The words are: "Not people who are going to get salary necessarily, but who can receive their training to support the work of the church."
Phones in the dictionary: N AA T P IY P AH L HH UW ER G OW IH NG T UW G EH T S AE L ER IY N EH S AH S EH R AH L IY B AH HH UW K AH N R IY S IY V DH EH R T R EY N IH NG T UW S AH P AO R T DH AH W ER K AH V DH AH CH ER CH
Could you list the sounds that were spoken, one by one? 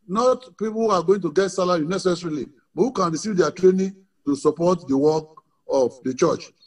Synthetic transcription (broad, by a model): N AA T P IY P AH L HH UW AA G OW IH NG T UW G EH T S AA L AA IY N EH S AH S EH R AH L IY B HH UW K AH N R IY S IY V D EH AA T R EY N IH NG T UW S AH P AO T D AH W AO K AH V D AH CH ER CH